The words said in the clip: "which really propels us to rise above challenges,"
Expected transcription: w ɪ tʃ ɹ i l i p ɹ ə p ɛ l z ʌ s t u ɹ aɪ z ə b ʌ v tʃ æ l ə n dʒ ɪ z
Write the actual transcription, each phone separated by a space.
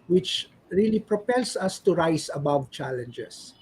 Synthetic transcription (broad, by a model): w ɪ tʃ ɹ i l i p ɹ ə p ɛ l s ʌ s t u ɹ aɪ s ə b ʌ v tʃ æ l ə n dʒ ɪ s